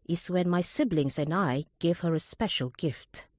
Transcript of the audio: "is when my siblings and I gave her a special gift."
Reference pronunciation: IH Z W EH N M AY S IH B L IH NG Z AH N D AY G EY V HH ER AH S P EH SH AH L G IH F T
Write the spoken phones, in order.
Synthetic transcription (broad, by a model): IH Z W EH N M AY S IH B L IH NG Z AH N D AY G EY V HH ER AH S P EH SH AH L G IH F T